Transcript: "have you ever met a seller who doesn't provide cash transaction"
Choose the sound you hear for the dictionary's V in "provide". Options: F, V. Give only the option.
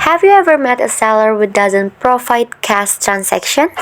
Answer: F